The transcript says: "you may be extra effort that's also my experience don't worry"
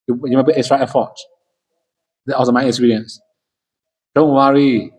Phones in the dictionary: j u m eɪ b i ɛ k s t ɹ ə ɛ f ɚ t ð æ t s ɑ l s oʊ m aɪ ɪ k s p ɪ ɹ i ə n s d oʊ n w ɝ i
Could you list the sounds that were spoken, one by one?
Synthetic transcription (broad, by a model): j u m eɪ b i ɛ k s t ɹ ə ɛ f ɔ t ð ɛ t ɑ s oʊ m aɪ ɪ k s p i ɹ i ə n s d oʊ n w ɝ i